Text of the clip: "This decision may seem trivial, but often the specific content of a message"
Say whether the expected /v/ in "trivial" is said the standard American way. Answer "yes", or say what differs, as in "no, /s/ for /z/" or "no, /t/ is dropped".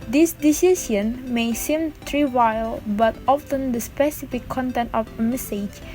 no, /w/ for /v/